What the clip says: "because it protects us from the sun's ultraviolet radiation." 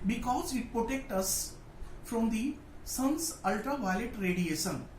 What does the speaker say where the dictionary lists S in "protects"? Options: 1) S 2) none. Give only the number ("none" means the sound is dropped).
2